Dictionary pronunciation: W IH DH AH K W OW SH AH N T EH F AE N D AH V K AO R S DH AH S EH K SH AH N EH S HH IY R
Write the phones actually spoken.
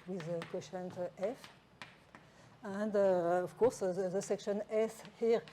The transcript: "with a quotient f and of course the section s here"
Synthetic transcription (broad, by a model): W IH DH AH K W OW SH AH N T EH F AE N D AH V K AO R S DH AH S EH K SH AH N EH S HH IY R